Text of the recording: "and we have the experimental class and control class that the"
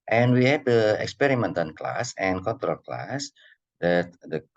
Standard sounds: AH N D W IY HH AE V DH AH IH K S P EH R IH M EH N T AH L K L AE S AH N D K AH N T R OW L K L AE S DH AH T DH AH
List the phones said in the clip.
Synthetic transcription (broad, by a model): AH N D W IY HH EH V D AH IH K S P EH R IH M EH N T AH N K L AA S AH N K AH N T R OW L K L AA S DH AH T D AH